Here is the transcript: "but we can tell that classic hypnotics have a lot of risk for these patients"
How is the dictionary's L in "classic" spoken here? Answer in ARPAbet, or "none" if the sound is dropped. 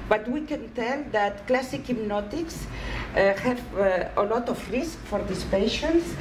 L